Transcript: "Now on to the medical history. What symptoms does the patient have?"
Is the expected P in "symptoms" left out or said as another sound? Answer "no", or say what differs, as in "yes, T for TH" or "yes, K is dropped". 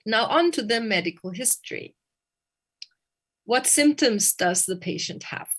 no